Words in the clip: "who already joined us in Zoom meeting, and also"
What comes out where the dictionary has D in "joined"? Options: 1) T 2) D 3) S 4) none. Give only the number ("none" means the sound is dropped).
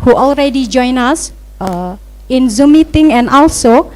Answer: 4